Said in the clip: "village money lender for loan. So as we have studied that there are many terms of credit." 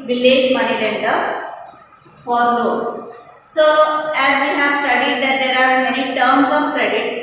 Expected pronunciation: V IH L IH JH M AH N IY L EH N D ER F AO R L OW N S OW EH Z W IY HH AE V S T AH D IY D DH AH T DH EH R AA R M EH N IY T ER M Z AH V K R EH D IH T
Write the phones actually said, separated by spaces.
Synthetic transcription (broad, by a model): V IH L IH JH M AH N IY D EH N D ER F AO R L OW S OW EH Z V IY HH AE V S T AH D IY D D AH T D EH R AA R M EH N IY T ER M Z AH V K R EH D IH T